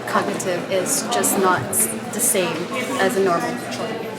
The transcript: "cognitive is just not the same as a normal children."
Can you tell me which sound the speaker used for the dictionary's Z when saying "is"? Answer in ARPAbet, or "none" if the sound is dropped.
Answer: Z